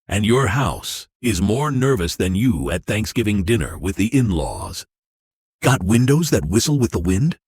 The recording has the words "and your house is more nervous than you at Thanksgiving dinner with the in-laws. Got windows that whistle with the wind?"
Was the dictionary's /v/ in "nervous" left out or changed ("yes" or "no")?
no